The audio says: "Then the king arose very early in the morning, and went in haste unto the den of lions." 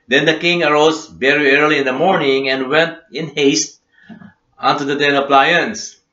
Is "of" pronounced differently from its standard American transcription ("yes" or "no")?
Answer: yes